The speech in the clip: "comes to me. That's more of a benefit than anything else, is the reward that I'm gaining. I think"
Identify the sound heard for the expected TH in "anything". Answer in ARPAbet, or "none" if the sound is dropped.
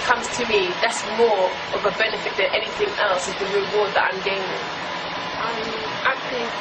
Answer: TH